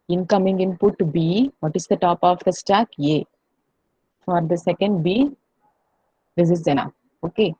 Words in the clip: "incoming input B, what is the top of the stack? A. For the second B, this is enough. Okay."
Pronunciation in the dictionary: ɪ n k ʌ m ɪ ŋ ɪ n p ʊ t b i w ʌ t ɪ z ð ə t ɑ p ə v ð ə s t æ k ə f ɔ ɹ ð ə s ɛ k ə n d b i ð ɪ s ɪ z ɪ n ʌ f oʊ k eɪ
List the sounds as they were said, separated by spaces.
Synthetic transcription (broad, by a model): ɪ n k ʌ m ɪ ŋ ɪ n p ʊ t b i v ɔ t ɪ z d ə t ɑ p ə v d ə s t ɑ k ə f ɔ ɹ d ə s ɛ k ə n d b i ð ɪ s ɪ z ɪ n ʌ oʊ k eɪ